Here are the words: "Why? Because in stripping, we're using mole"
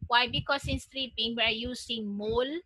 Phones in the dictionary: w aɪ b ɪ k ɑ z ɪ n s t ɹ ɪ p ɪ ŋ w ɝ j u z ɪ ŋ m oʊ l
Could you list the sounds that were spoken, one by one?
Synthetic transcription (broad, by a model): w aɪ b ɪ k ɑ s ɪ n s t ɹ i b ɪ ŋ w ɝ j u s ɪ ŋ m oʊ l